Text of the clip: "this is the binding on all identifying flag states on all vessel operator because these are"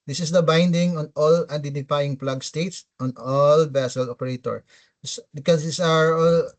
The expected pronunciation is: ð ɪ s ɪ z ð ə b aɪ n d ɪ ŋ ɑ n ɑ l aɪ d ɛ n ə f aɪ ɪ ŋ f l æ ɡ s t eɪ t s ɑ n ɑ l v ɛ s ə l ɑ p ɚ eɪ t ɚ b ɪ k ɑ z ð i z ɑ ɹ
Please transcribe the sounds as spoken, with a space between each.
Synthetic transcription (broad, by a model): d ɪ s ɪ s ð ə b aɪ n d ɪ ŋ ɑ n ɑ l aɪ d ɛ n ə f aɪ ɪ ŋ p l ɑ ɡ s t eɪ t s ɑ n ɑ l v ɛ s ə l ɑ p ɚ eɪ t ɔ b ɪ k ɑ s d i s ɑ ɹ